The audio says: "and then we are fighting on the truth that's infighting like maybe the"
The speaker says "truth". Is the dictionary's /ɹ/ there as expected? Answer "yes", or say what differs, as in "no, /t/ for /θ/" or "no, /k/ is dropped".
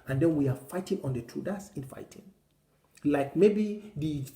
no, /ɹ/ is dropped